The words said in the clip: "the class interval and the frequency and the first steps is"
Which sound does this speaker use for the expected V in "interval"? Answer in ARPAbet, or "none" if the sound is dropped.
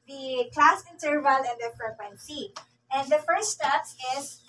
V